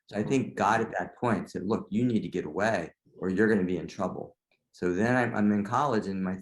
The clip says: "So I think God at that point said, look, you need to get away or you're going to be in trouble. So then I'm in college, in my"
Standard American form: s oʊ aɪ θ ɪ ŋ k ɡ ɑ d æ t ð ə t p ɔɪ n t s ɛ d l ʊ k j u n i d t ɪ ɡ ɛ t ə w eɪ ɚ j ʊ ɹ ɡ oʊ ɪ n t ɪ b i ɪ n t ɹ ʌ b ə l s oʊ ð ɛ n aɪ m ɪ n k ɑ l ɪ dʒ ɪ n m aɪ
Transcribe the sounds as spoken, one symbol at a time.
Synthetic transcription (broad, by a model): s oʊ aɪ θ ɪ ŋ k ɡ ɑ d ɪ t ð ə t p ɔɪ n t s ɛ d l ʊ k j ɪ n i d t ɪ ɡ ɛ t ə w eɪ ɚ j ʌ ɹ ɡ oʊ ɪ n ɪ b i ɪ n t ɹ ʌ b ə l s oʊ ð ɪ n aɪ m ɪ n k ɑ l ɪ dʒ ɪ n m aɪ